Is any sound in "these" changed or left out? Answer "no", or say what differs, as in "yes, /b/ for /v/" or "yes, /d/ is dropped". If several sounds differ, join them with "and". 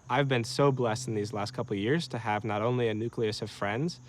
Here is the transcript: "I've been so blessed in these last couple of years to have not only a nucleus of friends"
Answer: no